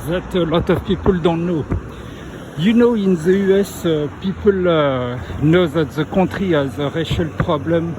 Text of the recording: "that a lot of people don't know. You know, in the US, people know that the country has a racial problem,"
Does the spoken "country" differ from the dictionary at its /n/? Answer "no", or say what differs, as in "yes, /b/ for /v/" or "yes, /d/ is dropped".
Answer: yes, /n/ is dropped